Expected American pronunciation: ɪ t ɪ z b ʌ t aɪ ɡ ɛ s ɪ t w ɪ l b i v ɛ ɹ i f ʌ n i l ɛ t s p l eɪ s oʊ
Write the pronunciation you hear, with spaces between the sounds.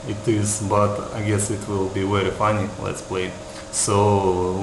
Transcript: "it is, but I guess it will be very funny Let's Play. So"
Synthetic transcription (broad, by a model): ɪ t ɪ z b ʌ t aɪ ɡ ɛ s ɪ t w ɪ l b i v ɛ ɹ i f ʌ n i l ɛ t s p l eɪ s oʊ